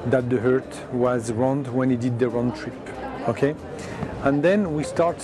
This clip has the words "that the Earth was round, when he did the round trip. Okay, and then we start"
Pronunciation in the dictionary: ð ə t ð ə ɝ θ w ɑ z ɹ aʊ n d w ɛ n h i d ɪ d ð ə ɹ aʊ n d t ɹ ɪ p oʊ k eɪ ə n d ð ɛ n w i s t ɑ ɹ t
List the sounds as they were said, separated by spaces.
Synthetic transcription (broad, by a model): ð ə t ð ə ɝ t w ɑ z ɹ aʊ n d w ɛ n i d ɪ d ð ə ɹ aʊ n t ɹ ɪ p oʊ k eɪ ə n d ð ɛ n w i s t ɑ ɹ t